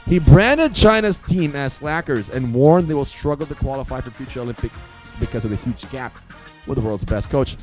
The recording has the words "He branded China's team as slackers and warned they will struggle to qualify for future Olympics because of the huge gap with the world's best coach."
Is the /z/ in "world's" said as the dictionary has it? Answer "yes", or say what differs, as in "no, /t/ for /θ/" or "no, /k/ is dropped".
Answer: yes